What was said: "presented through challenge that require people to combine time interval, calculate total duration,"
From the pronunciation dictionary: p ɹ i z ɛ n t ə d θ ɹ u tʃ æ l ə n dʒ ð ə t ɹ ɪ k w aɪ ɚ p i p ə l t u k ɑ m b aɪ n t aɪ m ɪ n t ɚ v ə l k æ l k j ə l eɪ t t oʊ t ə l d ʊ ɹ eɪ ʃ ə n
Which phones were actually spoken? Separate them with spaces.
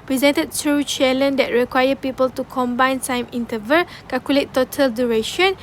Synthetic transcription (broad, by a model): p ɹ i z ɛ n t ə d t ɹ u tʃ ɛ l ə n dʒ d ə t ɹ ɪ k w aɪ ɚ p i p ə l t u k ɑ m b aɪ n s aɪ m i n t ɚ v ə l k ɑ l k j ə l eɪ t t oʊ t ə l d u ɹ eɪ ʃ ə n